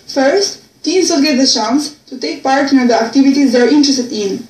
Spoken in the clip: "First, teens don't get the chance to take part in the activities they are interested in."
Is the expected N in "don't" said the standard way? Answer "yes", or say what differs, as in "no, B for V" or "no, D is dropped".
no, L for N